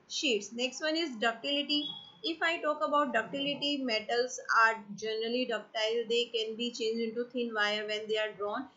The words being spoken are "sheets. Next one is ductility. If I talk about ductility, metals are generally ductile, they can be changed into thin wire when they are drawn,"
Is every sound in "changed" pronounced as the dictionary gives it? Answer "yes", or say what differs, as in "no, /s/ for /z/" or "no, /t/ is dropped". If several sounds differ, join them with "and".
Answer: no, /d/ is dropped